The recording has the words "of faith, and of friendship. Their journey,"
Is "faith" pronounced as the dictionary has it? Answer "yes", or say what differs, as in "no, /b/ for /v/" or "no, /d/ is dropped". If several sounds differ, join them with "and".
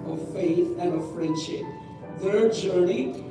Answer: yes